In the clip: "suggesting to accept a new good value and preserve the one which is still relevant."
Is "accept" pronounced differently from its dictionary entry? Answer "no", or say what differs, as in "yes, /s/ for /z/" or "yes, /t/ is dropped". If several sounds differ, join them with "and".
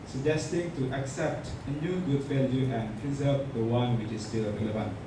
no